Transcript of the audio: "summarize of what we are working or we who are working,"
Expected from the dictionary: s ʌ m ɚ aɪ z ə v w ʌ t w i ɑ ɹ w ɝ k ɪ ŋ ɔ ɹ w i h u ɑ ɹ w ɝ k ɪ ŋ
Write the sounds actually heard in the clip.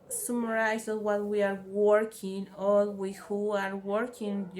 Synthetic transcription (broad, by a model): s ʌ m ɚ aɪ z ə w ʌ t w i ɑ ɹ w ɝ k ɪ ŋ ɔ l w i h u ɑ ɹ w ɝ k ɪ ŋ